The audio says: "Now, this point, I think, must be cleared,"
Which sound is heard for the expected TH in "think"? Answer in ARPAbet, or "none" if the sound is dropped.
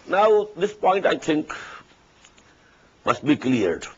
T